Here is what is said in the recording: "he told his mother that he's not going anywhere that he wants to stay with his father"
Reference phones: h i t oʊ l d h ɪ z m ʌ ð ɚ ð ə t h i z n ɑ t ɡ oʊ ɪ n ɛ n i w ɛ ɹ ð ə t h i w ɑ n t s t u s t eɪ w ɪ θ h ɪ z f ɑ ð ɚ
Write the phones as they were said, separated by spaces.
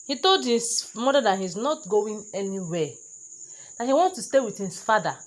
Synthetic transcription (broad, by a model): h i t oʊ l d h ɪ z m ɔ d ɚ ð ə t h i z n ɑ t ɡ oʊ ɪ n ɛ n i w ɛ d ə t h i w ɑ n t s t u s t eɪ w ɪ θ h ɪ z f ɑ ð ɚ